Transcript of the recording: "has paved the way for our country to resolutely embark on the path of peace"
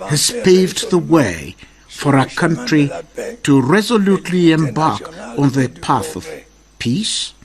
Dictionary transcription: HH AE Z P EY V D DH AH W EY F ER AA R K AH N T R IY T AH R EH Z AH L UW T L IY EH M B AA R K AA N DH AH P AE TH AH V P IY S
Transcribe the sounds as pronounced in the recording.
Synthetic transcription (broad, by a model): HH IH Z P EY V D DH AH W EY F ER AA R K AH N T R IY T AH R EH Z AH L UW T L IY EH M B AA R K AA N DH AH P AE TH AH V P IY S